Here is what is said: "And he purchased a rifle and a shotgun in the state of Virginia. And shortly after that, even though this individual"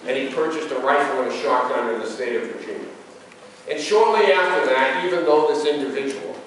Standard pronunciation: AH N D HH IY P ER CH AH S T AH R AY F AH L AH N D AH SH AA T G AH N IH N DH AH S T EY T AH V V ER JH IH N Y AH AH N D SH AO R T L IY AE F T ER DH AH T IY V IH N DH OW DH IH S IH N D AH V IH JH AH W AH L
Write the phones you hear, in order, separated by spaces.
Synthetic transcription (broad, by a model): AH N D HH IY P ER CH AH S T AH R AY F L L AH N AH SH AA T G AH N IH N DH AH S T EY T AH V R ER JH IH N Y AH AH N SH AO R T L IY AE F T ER DH AH T IY V IH N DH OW DH IH S IH N D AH V IH JH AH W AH L